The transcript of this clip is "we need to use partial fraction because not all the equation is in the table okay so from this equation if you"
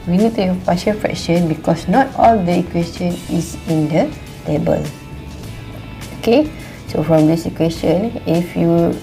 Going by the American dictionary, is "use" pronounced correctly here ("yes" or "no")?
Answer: no